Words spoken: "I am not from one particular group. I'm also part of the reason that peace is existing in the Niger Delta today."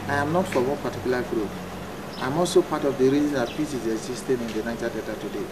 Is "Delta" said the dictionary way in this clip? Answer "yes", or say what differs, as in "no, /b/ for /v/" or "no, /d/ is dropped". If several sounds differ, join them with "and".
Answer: no, /l/ is dropped